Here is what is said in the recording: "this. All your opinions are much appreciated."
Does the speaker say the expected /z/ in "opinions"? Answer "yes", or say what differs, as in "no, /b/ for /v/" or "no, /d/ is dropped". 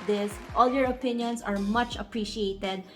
no, /s/ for /z/